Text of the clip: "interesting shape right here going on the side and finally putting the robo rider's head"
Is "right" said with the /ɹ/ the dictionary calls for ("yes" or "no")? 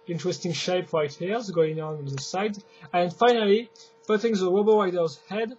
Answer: yes